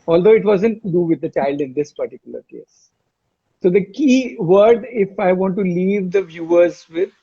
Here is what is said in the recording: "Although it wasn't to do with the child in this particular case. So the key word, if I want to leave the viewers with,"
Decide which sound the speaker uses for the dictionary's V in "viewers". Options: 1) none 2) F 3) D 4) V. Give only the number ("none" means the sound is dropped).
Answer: 4